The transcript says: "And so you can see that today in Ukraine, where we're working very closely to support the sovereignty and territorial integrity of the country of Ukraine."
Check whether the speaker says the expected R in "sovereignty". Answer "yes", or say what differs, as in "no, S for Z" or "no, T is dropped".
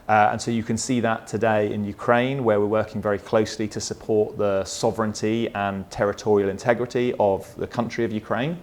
yes